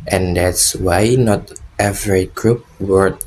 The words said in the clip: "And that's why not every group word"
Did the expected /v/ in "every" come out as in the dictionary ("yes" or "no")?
yes